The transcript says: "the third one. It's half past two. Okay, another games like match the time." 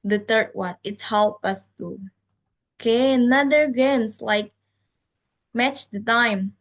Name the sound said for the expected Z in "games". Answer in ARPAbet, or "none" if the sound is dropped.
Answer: S